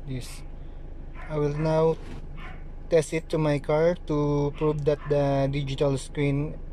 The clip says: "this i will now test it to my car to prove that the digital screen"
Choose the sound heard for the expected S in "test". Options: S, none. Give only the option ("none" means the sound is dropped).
S